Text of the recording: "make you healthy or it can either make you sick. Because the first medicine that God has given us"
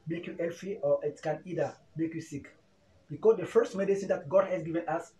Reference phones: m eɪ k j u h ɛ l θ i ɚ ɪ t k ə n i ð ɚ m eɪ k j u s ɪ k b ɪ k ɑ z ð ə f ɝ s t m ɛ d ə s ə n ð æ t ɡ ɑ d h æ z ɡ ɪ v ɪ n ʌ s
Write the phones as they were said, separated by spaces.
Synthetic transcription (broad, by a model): m eɪ k j u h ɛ l f i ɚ ɪ t k ə n i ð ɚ m eɪ k j u s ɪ k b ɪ k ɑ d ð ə f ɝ s t m ɛ d ə s ə n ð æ t ɡ ɑ d h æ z ɡ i v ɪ n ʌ s